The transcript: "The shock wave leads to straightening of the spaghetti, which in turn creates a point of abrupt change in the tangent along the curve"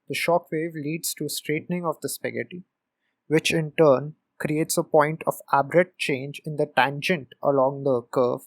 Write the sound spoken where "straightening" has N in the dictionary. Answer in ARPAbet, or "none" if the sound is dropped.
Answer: N